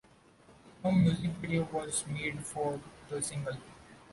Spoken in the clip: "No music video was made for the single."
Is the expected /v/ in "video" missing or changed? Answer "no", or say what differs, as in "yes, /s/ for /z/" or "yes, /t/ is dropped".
yes, /b/ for /v/